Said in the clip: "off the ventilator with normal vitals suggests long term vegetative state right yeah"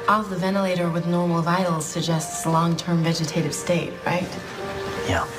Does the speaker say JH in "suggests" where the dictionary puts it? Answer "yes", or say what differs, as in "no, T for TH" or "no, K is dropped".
yes